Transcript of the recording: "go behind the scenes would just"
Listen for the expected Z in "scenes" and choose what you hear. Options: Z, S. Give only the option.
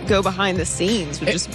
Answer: Z